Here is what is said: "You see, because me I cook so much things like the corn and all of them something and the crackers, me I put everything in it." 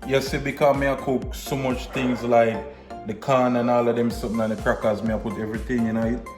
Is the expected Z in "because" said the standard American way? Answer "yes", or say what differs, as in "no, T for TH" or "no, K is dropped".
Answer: no, Z is dropped